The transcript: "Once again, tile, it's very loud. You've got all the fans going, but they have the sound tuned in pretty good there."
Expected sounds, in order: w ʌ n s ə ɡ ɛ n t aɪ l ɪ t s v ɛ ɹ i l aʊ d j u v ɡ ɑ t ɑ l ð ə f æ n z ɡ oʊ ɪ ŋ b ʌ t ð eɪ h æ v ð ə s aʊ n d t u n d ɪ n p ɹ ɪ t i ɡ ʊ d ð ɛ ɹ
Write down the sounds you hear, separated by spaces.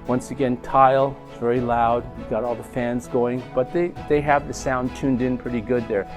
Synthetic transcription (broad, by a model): w ʌ n s ə ɡ ɛ n t aɪ l v ɛ ɹ i l aʊ d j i ɡ ɑ t ɑ l ð ə f æ n z ɡ oʊ ɪ ŋ b ʌ t ð eɪ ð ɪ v ð ə s aʊ n t u n d ɪ n p ɹ ɪ t i ɡ ʊ d ð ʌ ɹ